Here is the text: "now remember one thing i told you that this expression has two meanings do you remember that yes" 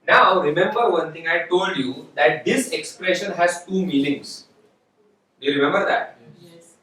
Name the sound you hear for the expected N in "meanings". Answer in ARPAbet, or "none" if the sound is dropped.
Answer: L